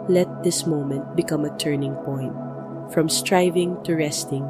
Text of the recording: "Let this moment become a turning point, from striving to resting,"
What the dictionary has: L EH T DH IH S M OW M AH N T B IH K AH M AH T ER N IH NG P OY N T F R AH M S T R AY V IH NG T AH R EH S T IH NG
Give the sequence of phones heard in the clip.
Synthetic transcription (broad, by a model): L EH T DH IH S M OW M AH N T B IH K AH M AH T ER N IH NG P OY N T F R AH M S T R AY V IH NG T AH R EH S T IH NG